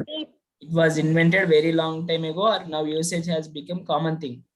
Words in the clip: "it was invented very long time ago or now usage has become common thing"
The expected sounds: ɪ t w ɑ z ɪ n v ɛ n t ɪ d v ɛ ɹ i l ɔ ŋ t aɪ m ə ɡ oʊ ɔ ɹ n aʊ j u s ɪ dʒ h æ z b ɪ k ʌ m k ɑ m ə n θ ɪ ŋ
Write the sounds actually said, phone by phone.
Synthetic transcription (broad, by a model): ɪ t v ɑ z ɪ n v ɛ n t ɪ d v ɛ ɹ i l ɔ ŋ t aɪ m ə ɡ oʊ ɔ ɹ n aʊ j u s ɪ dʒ h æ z b ɪ k ʌ m k ɑ m ə n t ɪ ŋ